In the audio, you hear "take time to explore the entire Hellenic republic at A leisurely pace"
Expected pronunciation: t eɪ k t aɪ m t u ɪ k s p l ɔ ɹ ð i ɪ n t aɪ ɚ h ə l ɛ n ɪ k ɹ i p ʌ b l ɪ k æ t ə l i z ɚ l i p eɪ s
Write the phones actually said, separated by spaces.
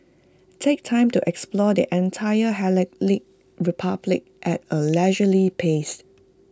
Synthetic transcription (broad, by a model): t eɪ k t aɪ m t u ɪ k s p l ɔ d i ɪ n t aɪ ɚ h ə l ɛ l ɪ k ɹ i p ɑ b l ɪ k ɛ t ə l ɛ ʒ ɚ l i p eɪ s